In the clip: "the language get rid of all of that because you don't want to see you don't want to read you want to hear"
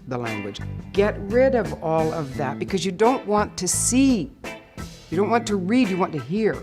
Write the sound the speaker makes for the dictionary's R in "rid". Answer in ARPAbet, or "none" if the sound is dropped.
R